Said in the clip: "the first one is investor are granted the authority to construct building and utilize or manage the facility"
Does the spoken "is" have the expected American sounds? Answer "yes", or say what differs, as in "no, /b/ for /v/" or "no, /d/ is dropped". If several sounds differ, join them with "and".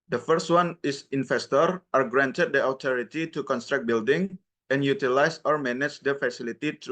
no, /s/ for /z/